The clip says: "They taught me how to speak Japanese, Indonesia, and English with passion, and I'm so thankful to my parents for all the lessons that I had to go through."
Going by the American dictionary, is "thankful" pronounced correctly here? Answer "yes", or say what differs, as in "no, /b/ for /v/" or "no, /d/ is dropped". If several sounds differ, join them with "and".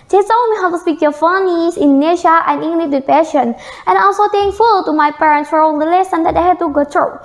no, /t/ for /θ/ and /k/ is dropped